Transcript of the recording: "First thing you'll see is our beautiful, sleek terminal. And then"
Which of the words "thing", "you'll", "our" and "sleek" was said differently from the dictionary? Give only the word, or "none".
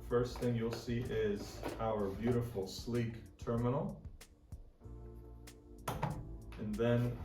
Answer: none